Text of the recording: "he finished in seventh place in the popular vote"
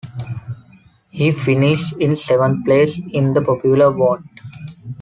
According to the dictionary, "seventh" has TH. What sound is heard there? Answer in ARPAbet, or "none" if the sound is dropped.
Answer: T